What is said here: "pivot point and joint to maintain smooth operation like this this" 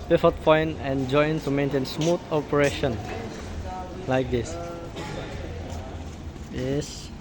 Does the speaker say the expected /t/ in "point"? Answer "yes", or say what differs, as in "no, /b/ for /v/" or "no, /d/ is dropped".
no, /t/ is dropped